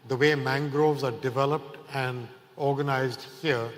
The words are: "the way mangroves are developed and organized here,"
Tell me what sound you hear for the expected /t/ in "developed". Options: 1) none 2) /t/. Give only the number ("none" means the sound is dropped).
2